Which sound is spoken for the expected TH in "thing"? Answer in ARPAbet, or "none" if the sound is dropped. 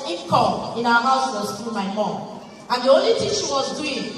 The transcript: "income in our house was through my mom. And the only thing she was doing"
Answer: T